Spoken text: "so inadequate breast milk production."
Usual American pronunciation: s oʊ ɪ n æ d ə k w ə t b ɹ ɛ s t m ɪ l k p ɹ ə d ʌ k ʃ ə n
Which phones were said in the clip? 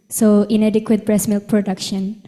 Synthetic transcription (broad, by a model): s oʊ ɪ n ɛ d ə k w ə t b ɹ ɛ s m ɪ l k p ɹ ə d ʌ k ʃ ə n